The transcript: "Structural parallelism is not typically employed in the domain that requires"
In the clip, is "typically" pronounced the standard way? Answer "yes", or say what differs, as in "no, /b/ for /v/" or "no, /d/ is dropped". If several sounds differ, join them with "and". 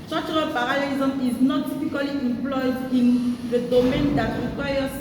no, /f/ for /p/